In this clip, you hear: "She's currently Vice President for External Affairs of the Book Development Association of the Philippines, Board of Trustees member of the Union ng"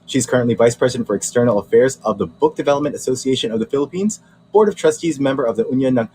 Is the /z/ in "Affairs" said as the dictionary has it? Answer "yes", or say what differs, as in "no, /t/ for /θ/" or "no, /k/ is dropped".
yes